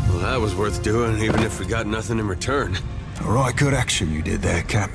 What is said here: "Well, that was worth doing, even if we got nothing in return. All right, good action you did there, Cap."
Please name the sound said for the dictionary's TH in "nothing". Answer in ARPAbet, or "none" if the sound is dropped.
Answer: TH